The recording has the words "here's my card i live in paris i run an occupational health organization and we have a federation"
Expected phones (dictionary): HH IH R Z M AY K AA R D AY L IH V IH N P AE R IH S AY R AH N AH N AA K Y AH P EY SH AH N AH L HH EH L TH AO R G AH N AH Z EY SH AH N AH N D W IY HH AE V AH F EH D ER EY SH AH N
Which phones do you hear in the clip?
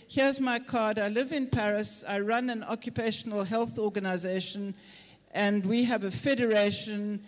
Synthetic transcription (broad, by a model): HH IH Z M AY K AA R D AY L IH V IH N P AE R IH S AY R AH N AH N AA K Y AH P EY SH AH N AH L HH EH L TH AO G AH N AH Z EY SH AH N AH N D W IY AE V AH F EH D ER EY SH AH N